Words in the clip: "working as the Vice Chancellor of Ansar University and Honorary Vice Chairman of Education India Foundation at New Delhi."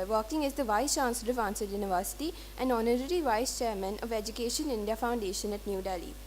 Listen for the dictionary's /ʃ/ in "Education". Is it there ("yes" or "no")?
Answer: yes